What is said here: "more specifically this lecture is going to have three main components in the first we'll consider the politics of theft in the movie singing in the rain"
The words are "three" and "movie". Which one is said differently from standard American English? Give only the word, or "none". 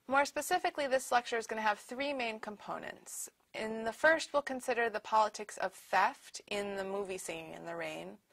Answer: none